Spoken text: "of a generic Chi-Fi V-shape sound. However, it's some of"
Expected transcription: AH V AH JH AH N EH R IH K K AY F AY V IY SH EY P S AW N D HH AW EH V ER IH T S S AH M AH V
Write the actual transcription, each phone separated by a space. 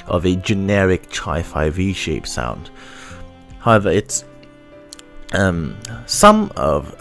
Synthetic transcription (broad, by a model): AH V AH JH AH N EH R IH K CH AY F AY V IY SH EY P S AW N D HH AW EH V ER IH T S S AH M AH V